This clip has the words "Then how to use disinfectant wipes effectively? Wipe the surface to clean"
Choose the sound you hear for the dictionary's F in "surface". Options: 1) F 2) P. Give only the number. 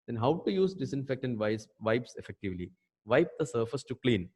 1